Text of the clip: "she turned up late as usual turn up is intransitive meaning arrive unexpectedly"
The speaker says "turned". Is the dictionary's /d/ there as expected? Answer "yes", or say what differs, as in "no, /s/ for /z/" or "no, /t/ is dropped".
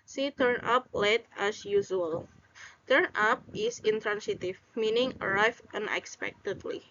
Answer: no, /d/ is dropped